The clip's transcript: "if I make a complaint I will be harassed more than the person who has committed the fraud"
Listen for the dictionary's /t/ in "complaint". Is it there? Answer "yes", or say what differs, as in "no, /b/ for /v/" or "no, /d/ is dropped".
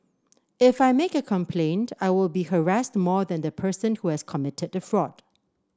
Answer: yes